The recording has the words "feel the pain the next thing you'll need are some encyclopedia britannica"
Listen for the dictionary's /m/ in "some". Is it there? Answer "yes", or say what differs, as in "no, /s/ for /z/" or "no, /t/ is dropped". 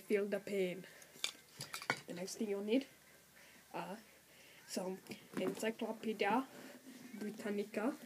no, /m/ is dropped